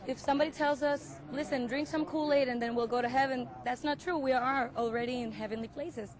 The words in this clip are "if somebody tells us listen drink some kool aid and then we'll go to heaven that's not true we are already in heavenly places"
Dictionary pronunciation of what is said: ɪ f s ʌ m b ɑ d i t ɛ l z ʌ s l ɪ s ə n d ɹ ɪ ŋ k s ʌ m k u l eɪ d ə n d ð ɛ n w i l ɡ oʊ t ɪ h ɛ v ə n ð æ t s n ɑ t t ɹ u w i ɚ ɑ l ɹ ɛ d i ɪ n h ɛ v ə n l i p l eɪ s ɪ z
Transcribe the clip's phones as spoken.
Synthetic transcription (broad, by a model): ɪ f s ʌ m b ɑ d i t ɛ l z ʌ s l ɪ s ə n d ɹ ɪ ŋ k s ʌ m k u l eɪ d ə n ð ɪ n w i l ɡ oʊ t ɪ h ɛ v ə n ð æ t s n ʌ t t ɹ u w i ɚ ɑ l ɹ ɛ d i ɪ n h ɛ v ə n l i p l eɪ s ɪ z